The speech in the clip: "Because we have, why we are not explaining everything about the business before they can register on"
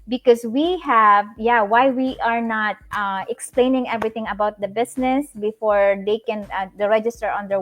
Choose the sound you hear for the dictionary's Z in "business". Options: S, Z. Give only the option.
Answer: S